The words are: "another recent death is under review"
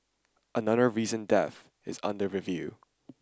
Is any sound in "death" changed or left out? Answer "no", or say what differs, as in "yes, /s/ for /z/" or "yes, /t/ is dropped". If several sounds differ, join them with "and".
no